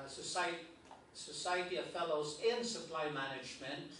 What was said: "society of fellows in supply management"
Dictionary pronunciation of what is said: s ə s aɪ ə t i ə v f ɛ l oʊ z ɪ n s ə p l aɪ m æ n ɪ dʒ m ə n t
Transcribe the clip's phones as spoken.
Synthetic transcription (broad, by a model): s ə s aɪ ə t i ə v f ɛ l oʊ z ɪ n s ə p l aɪ m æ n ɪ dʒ m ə n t